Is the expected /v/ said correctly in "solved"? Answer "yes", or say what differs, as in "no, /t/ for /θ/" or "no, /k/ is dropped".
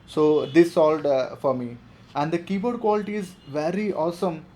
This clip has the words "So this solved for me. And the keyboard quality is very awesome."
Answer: no, /v/ is dropped